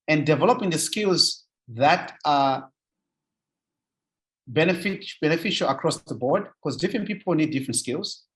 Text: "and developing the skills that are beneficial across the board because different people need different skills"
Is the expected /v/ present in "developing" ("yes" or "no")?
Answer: yes